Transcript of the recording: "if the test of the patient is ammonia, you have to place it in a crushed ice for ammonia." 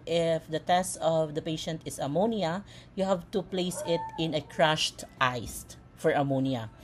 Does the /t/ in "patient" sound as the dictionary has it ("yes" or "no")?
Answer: yes